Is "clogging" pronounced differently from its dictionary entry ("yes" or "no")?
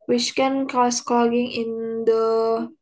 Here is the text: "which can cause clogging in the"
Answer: yes